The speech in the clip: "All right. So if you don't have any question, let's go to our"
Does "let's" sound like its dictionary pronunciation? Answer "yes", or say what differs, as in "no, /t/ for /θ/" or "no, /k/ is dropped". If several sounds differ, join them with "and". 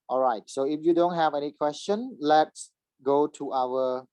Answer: yes